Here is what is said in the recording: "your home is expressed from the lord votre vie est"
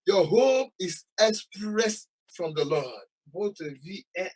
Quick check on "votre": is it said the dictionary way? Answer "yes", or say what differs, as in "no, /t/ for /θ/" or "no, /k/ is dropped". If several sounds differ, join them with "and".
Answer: no, /b/ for /v/